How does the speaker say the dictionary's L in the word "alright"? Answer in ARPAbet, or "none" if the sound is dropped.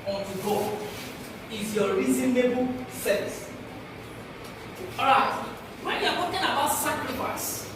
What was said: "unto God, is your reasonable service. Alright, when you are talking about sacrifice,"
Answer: none